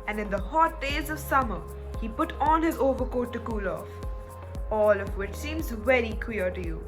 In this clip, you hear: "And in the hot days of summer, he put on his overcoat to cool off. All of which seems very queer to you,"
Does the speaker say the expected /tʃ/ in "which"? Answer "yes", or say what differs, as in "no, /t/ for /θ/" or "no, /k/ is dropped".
yes